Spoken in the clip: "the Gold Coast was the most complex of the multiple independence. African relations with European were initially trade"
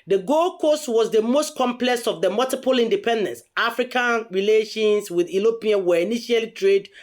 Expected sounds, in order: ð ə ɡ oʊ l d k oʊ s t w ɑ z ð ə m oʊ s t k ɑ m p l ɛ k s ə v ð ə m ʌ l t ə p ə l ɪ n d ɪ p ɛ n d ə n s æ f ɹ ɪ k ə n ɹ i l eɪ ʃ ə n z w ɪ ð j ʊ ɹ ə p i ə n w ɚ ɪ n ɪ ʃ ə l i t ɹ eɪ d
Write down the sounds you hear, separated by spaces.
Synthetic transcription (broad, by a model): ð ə ɡ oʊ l k oʊ s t w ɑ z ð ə m oʊ s t k ɑ m p l ɛ k s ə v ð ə m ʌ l t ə p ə l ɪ n d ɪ p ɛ n d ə n s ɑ f ɹ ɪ k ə n ɹ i l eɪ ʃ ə n s w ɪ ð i l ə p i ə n w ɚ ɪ n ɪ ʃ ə l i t ɹ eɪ d